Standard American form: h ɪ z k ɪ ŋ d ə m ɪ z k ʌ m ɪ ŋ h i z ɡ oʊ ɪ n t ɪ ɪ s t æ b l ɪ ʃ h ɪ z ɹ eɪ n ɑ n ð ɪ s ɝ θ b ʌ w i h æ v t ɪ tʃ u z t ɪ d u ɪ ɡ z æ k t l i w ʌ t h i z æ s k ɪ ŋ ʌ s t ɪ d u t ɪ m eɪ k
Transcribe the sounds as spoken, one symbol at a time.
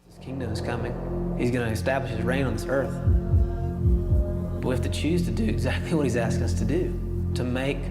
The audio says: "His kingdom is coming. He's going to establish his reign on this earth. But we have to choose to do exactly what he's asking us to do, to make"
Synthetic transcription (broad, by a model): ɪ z k ɪ ŋ d ə m ɪ z k ʌ m ɪ ŋ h i z ɡ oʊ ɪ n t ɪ ɪ s t æ b l ɪ ʃ h ɪ z ɹ eɪ n n ð ɪ s ɝ θ b ʌ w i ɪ f t ɪ tʃ u z t ɪ d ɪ ɪ ɡ z æ k t l i w ʌ t h i z æ s k ɪ ŋ ʌ s t ɪ d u t ɪ m eɪ k